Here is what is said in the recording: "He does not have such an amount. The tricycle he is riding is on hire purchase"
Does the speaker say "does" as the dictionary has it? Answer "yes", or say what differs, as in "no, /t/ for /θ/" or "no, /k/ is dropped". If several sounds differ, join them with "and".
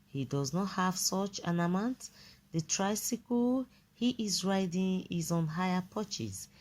yes